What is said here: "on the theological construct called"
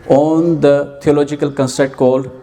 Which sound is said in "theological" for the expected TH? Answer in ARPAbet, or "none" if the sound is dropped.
T